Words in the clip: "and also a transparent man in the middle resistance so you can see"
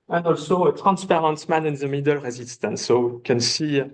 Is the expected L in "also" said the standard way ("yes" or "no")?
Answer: yes